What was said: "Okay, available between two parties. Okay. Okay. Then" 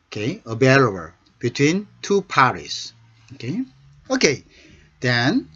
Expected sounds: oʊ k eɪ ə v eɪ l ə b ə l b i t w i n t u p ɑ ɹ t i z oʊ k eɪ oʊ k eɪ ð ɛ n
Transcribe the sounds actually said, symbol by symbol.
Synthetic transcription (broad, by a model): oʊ k eɪ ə b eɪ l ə ə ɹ b i t w i n t u p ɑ ɹ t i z oʊ k eɪ oʊ k eɪ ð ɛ n